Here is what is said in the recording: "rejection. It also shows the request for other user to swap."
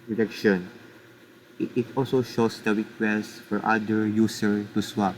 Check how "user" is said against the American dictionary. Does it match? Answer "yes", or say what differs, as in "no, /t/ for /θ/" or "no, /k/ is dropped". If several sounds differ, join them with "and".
no, /s/ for /z/